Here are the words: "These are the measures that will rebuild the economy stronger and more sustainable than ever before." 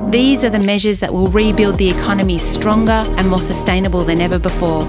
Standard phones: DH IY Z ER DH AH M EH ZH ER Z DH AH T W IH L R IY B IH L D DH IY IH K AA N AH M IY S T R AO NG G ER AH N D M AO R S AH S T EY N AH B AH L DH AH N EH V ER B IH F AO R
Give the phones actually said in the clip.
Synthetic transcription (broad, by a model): DH IY Z ER DH AH M EH ZH ER Z DH AH T W IH L R IY B IH L D DH IY IH K AA N AH M IY S T R AO NG G ER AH N M AO R S AH S T EY N AH B AH L DH AH N EH V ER B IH F AO R